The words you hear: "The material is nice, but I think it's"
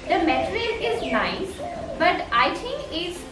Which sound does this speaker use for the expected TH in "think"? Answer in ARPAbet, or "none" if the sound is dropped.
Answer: T